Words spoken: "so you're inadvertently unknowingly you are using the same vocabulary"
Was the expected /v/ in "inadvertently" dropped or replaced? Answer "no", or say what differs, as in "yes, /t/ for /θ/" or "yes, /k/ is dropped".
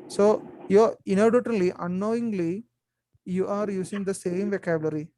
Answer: yes, /v/ is dropped